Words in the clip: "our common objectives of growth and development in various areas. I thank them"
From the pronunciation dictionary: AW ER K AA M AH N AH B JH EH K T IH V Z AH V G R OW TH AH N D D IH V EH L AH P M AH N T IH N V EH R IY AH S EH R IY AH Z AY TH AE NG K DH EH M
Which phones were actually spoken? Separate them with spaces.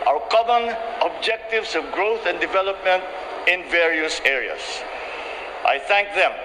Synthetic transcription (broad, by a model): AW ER K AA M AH N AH B JH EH K T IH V S AH V G R OW TH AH N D D IH V EH L AH P M AH N T IH N V EH R IY AH S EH R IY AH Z AY TH AE NG K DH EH M